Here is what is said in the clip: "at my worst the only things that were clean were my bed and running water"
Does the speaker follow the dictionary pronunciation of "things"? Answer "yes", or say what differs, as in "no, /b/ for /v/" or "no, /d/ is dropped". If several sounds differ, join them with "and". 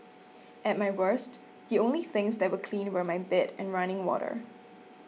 yes